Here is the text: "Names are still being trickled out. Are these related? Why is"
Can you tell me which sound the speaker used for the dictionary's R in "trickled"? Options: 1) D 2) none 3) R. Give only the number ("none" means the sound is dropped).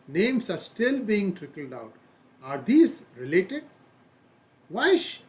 3